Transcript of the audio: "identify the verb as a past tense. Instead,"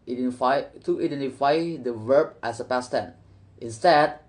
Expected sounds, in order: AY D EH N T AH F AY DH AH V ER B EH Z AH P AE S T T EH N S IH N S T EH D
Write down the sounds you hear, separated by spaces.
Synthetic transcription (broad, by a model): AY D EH N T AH F AY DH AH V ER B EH S AH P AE S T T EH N IH N S T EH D